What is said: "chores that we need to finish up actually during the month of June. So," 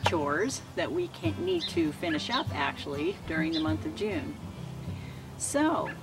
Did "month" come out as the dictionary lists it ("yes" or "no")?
yes